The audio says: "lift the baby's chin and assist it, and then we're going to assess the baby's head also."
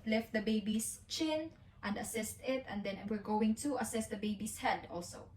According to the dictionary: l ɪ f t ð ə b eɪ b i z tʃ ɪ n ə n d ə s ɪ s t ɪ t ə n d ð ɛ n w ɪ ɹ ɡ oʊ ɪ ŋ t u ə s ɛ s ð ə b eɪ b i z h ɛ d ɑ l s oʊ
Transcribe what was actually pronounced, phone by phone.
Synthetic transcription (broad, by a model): l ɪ f t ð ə b eɪ b i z tʃ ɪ n ə n d ə s ɪ s t ɪ t ə n d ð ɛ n w ɪ ɹ ɡ oʊ ɪ ŋ t u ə s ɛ s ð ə b eɪ b i s h ɛ d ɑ l s oʊ